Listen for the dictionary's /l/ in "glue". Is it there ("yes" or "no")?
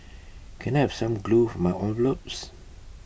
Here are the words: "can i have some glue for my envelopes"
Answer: yes